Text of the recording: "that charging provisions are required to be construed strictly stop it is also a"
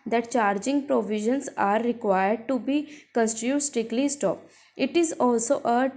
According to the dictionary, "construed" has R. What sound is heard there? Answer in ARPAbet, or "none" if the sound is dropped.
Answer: none